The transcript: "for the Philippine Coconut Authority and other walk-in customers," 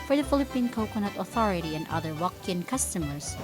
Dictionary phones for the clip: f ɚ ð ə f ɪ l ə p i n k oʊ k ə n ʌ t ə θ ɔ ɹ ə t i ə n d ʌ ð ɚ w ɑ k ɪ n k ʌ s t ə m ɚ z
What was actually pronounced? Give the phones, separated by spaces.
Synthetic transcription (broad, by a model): f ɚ ð ə f ɪ l ə p i n k oʊ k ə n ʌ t ə θ ɔ ɹ ə t i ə n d ʌ ð ɚ w ɑ k ɪ n k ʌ s t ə m ɚ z